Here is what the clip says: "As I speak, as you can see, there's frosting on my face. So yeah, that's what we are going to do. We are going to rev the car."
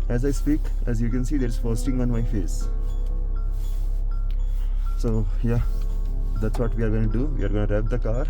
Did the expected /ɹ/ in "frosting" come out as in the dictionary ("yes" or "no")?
no